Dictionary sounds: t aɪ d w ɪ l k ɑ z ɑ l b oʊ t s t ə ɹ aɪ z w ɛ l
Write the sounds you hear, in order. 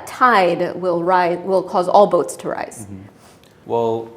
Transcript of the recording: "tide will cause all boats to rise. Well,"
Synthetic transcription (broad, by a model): t aɪ d w ɪ l k ɑ z ɑ l b oʊ t s t ə ɹ aɪ z w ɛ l